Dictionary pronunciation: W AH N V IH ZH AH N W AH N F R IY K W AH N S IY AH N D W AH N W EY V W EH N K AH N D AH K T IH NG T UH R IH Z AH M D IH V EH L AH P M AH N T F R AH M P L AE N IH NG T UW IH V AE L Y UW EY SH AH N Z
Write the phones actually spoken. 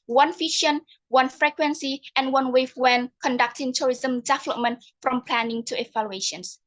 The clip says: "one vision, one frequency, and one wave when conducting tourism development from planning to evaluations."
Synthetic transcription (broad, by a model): W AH N F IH SH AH N W AH N F R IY K W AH N S IY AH N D W AH N W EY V W EH N K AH N D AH K T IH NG T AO R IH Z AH M D IH V EH L AH P M AH N T F R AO M P L AE N IH NG T UW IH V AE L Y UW EY SH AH N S